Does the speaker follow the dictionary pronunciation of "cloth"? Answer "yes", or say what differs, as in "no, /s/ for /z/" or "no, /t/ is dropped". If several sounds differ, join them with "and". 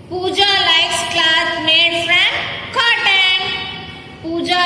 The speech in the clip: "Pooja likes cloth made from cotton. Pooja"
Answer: no, /s/ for /θ/